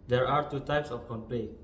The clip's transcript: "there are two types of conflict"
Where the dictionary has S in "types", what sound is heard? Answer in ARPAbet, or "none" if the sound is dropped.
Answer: S